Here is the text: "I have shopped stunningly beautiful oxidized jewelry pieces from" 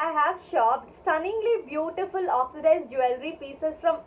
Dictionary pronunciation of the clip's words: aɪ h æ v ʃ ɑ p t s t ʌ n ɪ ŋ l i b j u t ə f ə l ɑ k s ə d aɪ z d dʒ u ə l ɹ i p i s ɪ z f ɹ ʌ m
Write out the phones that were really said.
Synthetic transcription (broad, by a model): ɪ h æ v ʃ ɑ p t s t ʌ n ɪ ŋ l i b j u t ə f ə l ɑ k s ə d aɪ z dʒ u ə l ɹ i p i s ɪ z f ɹ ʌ m